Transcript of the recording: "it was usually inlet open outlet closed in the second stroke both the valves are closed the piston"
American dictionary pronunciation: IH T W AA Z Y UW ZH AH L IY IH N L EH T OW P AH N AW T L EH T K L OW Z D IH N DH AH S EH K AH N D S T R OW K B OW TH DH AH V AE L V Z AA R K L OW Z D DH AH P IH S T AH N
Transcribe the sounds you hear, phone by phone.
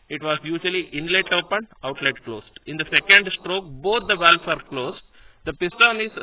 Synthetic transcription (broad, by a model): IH T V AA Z Y UW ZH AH L IY IH N L EH T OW P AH N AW T L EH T K L OW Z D IH N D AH S EH K AH N D S T R OW K B OW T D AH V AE L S AA R K L OW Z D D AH P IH S T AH N